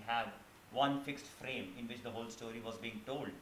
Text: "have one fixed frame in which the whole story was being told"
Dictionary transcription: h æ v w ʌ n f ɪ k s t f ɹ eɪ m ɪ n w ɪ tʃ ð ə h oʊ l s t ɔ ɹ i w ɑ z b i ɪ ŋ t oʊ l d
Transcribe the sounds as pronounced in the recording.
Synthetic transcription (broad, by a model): h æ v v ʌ n f ɪ k s t f ɹ eɪ m ɪ n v ɪ tʃ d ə h oʊ l s t ɔ ɹ i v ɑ z b i ɪ ŋ t oʊ l d